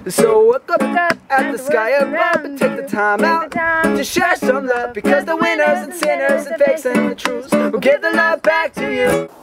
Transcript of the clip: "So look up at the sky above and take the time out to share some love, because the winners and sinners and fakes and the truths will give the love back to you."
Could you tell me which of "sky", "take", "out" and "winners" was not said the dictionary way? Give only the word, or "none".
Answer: none